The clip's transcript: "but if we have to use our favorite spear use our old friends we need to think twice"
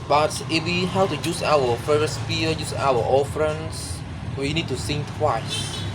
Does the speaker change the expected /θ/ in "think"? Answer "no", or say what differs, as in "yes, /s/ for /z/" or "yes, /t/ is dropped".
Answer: yes, /s/ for /θ/